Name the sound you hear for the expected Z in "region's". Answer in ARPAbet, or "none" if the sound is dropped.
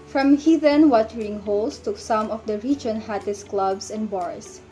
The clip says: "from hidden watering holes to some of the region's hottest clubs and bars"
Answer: none